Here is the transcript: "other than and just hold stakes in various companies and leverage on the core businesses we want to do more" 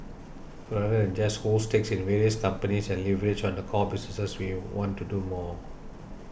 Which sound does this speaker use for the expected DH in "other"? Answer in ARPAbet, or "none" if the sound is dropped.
none